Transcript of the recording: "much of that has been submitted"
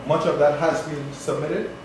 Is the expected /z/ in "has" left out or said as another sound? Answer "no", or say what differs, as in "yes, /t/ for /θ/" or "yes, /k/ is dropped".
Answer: no